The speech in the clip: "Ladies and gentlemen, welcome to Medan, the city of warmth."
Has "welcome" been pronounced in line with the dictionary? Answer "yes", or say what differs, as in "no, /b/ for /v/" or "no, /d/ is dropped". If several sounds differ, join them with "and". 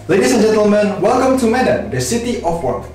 yes